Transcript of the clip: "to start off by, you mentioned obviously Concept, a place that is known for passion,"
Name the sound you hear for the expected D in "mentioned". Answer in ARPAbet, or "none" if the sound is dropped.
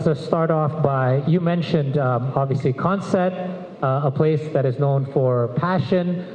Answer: D